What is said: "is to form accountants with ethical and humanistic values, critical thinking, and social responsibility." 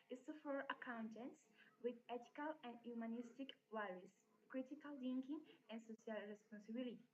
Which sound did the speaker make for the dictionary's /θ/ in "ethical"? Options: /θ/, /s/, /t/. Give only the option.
/t/